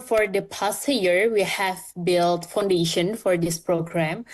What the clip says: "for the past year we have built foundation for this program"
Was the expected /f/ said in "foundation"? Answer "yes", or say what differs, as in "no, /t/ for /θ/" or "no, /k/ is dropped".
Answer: yes